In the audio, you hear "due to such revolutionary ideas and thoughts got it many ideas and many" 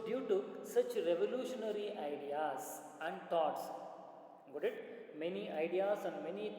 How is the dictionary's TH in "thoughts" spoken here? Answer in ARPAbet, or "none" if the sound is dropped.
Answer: T